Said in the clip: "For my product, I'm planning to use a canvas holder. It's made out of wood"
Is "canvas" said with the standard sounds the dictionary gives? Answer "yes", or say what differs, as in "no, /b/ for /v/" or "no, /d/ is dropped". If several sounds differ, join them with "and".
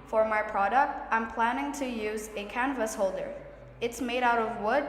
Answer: yes